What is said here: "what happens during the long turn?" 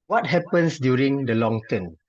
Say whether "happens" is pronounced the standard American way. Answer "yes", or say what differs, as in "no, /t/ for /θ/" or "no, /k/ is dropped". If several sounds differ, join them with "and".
no, /s/ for /z/